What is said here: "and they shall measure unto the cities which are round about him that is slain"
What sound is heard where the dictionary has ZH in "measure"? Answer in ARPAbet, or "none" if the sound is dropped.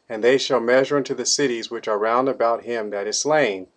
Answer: ZH